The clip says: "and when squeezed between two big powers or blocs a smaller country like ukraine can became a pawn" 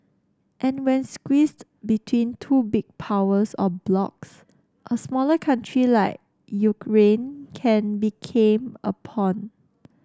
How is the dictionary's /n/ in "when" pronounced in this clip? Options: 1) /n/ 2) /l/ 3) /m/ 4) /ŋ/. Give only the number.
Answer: 1